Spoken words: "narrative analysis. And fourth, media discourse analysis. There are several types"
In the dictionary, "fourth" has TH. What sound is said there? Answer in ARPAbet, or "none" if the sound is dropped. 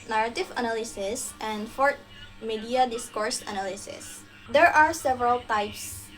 T